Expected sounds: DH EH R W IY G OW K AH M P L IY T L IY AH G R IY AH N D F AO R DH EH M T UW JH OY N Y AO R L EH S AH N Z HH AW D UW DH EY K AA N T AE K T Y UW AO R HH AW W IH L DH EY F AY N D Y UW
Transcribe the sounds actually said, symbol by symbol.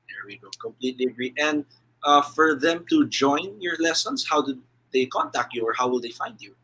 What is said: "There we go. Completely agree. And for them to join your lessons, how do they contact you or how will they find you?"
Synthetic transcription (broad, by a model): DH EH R W IY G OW K AH M P L IY T L IY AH G R IY AH N D F AO R DH EH M T UW JH OY N Y AO R L EH S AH N S HH AW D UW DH EY K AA N T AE K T Y UW AO R HH AW W IH L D EY F AY N D Y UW